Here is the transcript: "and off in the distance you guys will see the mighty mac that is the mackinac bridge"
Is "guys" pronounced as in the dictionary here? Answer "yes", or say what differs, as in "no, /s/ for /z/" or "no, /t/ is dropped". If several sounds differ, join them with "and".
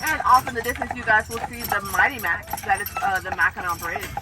yes